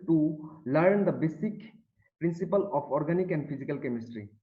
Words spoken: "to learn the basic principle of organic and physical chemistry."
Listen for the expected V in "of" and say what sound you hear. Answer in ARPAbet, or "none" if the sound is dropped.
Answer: P